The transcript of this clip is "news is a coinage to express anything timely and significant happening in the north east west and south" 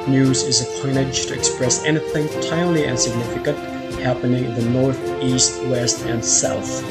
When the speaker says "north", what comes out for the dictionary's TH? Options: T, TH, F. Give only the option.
TH